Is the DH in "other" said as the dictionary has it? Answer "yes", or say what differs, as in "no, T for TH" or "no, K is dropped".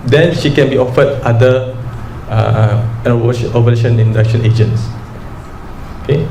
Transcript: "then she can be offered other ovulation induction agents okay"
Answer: no, DH is dropped